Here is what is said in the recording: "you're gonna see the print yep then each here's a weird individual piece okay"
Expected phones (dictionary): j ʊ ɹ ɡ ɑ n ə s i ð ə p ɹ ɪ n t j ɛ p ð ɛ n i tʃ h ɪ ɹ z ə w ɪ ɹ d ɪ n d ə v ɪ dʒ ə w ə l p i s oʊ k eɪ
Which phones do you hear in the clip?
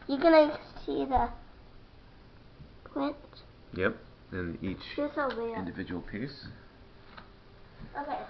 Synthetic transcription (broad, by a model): j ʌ ɡ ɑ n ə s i ð ə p l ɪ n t j ɛ p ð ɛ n i tʃ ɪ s ə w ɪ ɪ n d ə v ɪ dʒ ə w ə l p i s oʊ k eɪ